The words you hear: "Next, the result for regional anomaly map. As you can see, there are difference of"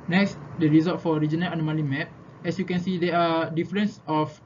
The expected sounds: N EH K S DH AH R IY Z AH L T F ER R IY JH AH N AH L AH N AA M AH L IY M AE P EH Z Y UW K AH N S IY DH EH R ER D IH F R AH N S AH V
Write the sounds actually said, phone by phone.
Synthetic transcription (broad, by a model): N EH K S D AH R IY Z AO T F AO R IY JH AH N AH L AH N AA M AH L IY M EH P EH S Y UW K AH N S IY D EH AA D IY F R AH N S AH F